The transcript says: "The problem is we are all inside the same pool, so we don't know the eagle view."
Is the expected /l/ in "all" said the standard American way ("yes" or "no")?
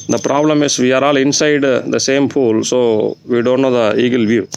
yes